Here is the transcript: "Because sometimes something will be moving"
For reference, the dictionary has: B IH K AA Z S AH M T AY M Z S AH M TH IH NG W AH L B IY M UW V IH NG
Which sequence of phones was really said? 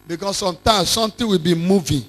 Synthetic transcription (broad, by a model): B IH K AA S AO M T AY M S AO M T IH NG W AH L B IY M UW V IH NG